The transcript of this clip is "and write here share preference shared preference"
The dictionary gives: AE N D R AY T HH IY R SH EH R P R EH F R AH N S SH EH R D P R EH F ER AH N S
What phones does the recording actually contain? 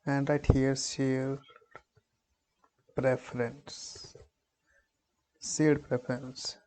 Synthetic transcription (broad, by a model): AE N D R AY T HH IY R S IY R P R EH F R AH N S S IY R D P R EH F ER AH N S